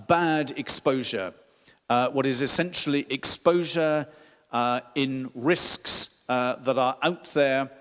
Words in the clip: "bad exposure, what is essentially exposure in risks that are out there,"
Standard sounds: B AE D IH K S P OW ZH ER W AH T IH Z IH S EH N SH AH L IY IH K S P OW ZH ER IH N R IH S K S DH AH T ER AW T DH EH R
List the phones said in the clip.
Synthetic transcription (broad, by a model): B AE D IH K S P OW ZH ER W AH T IH Z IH S EH N SH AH L IY IH K S P OW ZH ER IH N R IH S K S DH AH T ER AW T DH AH R